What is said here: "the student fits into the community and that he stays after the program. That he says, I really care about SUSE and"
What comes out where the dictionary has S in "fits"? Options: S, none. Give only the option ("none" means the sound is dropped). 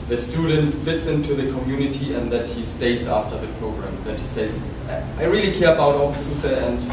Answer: S